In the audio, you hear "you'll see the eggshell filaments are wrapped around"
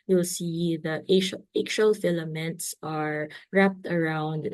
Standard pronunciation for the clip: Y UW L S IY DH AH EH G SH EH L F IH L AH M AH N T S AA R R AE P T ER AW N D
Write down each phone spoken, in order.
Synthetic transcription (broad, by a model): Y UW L S IY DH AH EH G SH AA L F IH L AH M AH N T S AA R R AE P T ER AW N D